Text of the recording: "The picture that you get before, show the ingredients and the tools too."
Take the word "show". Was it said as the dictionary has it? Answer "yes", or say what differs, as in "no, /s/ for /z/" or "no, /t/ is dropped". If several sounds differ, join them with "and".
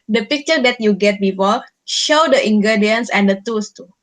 yes